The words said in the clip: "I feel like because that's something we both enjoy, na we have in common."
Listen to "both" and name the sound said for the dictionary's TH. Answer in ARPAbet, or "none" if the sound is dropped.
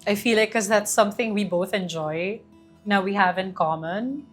TH